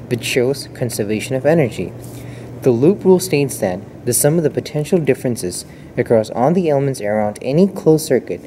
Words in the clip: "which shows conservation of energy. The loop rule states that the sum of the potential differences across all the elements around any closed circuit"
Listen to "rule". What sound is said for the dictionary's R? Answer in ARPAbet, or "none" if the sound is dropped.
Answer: R